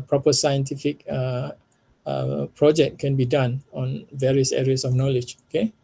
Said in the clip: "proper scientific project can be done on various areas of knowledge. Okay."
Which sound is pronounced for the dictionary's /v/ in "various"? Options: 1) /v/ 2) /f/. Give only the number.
1